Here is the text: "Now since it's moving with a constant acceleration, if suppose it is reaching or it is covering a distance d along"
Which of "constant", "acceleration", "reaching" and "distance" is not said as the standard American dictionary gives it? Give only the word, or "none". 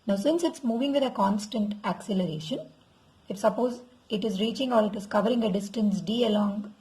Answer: none